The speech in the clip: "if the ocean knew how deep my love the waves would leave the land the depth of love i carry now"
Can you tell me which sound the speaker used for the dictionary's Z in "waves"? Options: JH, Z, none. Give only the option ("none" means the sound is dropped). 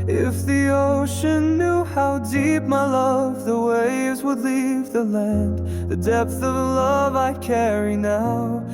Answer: Z